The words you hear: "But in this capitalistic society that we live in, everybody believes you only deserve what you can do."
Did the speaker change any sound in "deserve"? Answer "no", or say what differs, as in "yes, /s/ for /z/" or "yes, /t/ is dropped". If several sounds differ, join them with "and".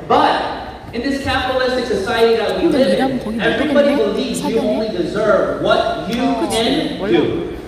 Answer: no